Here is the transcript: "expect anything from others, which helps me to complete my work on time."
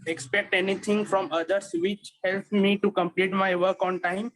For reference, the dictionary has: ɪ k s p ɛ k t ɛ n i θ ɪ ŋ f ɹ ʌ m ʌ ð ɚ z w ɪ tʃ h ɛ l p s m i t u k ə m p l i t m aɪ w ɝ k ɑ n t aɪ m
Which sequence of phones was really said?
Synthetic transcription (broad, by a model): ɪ k s p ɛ k t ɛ n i t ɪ ŋ f ɹ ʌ m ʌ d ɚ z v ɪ tʃ h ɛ l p m i t u k ə m p l i t m aɪ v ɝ k ɑ n t aɪ m